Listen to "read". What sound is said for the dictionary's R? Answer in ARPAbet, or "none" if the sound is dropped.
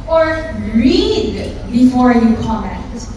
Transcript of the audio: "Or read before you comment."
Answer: R